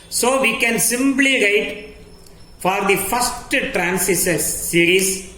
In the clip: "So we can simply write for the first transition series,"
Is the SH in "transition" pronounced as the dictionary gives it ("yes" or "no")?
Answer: no